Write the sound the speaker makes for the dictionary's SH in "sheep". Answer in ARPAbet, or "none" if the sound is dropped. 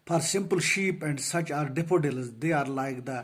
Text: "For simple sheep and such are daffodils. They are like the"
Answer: SH